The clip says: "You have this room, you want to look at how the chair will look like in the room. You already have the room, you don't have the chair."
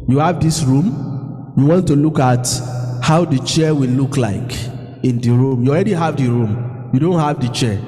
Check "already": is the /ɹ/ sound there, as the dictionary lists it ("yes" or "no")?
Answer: yes